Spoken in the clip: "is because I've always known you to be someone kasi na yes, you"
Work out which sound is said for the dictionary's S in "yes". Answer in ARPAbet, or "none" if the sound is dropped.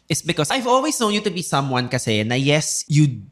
S